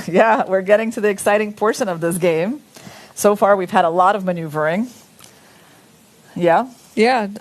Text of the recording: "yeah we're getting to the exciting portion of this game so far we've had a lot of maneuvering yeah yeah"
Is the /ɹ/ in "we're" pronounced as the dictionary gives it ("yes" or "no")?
yes